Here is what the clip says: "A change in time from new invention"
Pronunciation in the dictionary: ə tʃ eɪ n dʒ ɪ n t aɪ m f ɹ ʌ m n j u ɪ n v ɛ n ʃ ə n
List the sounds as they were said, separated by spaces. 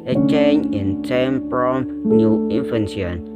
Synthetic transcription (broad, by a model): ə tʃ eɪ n ɪ n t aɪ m p ɹ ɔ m n j u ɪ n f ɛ n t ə n